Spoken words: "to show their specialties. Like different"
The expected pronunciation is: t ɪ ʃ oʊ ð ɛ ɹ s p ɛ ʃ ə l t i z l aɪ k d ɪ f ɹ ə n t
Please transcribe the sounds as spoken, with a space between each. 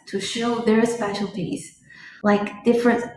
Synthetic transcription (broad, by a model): t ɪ ʃ oʊ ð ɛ ɹ s p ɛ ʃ l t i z l aɪ k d ɪ f ɹ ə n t